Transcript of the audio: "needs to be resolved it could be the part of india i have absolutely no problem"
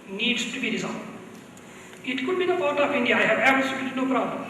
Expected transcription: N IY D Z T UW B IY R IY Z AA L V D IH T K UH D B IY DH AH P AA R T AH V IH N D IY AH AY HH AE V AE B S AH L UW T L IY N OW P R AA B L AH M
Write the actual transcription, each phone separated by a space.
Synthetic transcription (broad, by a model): N IY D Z T UW B IY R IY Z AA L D IH T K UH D B IY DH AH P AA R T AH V IH N D IY AH AY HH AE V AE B AH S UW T IY N OW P R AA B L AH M